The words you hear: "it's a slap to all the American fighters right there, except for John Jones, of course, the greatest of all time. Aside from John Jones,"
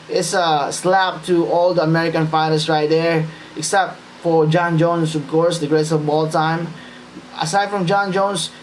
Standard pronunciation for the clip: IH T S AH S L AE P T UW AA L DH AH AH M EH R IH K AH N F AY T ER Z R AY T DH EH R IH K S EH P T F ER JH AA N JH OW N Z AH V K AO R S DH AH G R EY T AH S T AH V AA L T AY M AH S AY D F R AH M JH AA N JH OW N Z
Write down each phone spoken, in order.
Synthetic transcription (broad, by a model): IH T S AH S L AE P T UW AA L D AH AH M EH R IH K AH N F AY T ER S R AY T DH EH R IH K S EH P T F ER JH AA N JH OW N S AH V K AO R S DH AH G R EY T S AH B AA L T AY M AH S AY D F R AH M JH AA N JH OW N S